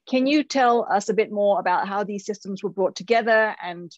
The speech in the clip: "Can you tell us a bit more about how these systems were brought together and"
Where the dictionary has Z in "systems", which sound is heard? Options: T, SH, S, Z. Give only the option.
Z